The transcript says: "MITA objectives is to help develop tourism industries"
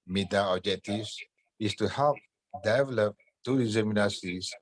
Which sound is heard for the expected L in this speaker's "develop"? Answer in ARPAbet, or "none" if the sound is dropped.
L